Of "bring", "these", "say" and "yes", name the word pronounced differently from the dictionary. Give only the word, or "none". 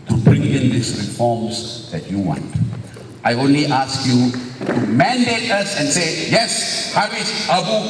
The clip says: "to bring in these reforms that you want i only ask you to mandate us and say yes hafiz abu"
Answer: these